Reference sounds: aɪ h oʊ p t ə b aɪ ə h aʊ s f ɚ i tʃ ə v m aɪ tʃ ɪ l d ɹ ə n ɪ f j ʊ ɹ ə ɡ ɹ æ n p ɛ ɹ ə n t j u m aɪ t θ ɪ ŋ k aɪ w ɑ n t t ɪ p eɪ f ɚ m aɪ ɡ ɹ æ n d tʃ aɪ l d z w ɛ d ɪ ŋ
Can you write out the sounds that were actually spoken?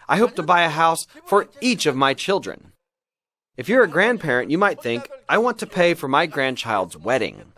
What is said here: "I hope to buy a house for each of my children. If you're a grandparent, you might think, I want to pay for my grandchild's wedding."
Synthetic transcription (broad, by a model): aɪ h oʊ p t ə b aɪ ə h aʊ s f ɚ i tʃ ə v m aɪ tʃ ɪ l d ɹ ə n ɪ f j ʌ ɹ ə ɡ ɹ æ n p ɛ ɹ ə n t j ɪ m aɪ t θ ɪ ŋ k aɪ w ɑ n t t ɪ p eɪ f ɚ m aɪ ɡ ɹ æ n tʃ aɪ l d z w ɛ d ɪ ŋ